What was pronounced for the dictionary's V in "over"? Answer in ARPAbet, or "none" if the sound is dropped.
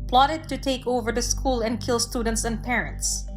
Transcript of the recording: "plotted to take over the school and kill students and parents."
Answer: V